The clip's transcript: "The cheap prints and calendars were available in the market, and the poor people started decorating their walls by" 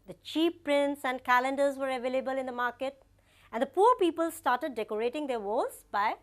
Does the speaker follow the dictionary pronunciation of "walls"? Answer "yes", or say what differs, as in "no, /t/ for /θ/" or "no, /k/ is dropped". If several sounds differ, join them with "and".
no, /l/ is dropped